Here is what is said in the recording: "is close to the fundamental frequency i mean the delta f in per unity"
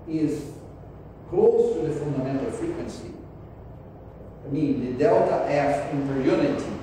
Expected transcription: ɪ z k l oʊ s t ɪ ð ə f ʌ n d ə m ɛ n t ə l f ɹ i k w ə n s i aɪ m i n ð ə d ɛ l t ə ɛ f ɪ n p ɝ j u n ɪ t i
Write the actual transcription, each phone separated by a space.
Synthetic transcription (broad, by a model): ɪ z k l oʊ s t ɪ ð ə f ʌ n d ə m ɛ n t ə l f ɹ i k w ə n s i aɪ m i n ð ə d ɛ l t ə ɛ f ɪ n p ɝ j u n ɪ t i